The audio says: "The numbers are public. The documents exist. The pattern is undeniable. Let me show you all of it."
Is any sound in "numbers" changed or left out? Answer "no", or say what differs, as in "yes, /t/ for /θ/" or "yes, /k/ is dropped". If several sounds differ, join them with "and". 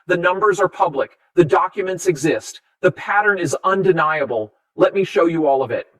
no